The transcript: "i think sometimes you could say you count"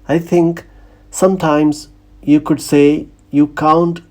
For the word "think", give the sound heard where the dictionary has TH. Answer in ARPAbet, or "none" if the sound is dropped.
T